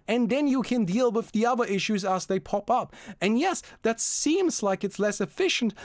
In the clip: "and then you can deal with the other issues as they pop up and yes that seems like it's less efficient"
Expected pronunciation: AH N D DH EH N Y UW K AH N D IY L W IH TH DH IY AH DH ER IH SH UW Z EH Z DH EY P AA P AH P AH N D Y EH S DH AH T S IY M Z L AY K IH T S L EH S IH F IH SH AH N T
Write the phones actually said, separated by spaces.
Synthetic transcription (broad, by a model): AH N DH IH N Y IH K AH N D IY L W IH DH IY AH DH ER IH SH UW Z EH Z DH EY P AA P AH P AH N Y EH S DH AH T S IY M Z L AY K IH T S L EH S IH F IH SH N T